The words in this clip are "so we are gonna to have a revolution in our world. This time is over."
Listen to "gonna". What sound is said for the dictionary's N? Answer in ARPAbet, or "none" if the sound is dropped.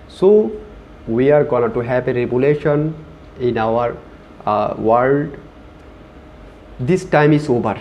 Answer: none